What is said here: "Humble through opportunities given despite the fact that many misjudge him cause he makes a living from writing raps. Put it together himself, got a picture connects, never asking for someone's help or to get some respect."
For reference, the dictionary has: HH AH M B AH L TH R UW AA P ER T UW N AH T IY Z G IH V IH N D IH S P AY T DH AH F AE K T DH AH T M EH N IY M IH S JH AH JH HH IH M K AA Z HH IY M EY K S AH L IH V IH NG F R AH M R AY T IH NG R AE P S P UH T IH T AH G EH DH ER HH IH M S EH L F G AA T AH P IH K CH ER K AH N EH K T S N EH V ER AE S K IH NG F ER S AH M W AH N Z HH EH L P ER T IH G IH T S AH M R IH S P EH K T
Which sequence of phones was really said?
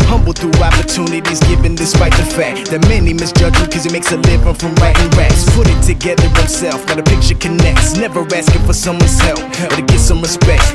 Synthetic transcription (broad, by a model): HH AH M B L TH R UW AA P ER T UW N AH T IY Z G IH V IH N D IH S P AY T DH AH F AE K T DH AH T M EH N IY M IH S JH AH JH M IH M K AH Z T M EY K S AH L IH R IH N F R AH M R AY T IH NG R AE S P UH T IH T AH G EH DH ER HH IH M S EH L F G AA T AH P IH K CH ER K AH N EH K T S N EH V ER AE S K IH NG F ER S AH M W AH N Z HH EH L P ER T IH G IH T S AH M R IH S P EH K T